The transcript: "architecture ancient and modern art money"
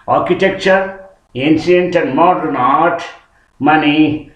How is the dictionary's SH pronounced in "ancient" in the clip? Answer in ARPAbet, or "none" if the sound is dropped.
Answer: S